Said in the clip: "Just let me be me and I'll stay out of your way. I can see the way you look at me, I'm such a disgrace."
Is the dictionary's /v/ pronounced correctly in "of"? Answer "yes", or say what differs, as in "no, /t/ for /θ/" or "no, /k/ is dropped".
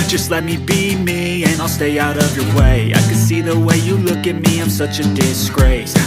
yes